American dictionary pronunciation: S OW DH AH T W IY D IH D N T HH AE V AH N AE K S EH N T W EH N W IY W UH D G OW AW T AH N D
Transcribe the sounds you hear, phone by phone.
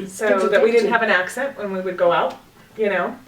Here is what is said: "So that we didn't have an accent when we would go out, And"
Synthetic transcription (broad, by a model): S OW DH AH T W IY D IH D N T HH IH V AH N AE K S EH N T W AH N W IY W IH D G OW AW T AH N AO